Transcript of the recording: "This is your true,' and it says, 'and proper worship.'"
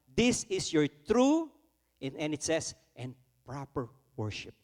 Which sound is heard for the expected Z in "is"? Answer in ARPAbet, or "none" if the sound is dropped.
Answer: S